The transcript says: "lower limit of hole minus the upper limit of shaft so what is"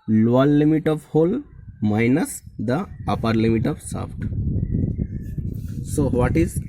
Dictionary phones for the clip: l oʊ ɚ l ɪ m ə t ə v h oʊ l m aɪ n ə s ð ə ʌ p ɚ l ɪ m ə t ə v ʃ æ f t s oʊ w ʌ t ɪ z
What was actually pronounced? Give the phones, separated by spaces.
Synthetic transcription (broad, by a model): l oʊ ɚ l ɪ m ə t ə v h oʊ l m aɪ n ə s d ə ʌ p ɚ l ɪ m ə t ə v s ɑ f t s oʊ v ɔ t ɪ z